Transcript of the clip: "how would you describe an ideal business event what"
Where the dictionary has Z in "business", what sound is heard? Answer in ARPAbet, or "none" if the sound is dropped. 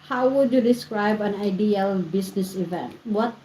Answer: S